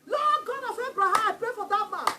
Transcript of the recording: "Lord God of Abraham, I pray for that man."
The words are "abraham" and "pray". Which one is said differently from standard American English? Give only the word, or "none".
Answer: abraham